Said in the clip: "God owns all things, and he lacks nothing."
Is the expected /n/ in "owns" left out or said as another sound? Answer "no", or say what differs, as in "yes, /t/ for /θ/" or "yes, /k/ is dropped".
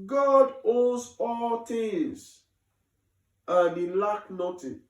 yes, /n/ is dropped